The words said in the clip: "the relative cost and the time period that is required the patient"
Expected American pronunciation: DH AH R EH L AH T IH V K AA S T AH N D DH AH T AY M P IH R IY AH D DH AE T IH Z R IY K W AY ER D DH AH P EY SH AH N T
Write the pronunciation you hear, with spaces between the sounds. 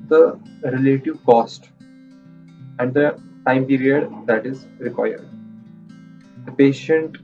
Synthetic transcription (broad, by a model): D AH R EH L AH T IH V K AA S T AH N D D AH T AY M P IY R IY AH D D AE T IH Z R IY K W AY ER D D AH P EY SH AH N T